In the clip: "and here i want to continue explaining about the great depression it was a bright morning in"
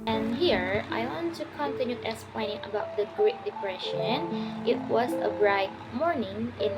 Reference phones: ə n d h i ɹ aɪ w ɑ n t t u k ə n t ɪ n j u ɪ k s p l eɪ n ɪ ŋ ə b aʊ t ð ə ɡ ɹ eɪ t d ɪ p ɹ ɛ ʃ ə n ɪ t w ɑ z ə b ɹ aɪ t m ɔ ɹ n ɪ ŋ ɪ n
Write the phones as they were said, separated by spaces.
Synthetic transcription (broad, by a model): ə n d h i ɹ aɪ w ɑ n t t u k ə n t ɪ n j u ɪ s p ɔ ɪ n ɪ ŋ ə b aʊ t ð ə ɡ ɹ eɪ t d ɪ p ɹ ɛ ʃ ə n ɪ t w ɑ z ə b ɹ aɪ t m ɔ ɹ n ɪ ŋ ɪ n